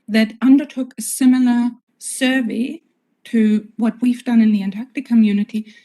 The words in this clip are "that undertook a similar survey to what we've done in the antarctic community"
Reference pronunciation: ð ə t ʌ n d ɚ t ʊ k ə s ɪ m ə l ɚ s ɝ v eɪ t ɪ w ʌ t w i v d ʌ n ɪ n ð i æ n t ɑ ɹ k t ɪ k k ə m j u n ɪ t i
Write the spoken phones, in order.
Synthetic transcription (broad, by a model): ð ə t ʌ n d ɚ t ʊ k ə s ɪ m l ɚ s ɝ v eɪ t ɪ w ʌ t w i v d ʌ n ɪ n ð i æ n t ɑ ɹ k t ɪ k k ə m j u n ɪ t i